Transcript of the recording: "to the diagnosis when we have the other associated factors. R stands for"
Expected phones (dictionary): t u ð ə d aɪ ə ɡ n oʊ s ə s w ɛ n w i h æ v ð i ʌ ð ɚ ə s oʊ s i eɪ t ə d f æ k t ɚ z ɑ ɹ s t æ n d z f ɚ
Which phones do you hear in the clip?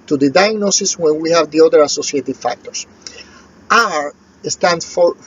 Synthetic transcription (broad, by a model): t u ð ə d aɪ ə ɡ n oʊ s ə s w ɛ n w i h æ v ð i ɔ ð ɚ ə s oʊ s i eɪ t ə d f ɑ k t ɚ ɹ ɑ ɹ s t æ n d f